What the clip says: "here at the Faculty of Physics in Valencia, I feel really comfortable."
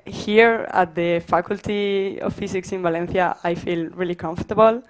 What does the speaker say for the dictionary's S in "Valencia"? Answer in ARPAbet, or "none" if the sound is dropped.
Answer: TH